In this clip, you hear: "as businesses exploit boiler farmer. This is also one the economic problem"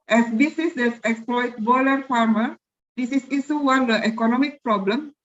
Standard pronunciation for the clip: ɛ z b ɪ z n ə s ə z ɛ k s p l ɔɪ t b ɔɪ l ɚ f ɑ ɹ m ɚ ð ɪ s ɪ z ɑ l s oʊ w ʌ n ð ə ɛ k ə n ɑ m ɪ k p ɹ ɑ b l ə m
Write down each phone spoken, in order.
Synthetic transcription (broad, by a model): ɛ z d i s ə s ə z ɛ k s p l ɔɪ t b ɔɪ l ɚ f ɑ ɹ m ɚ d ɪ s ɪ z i s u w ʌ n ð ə ɛ k ə n ɑ m ɪ k p ɹ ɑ b l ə m